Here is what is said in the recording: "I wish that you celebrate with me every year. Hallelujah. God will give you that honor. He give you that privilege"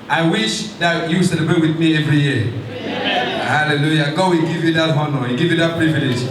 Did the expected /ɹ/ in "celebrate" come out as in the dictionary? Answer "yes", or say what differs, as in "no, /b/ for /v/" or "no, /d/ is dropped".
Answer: no, /ɹ/ is dropped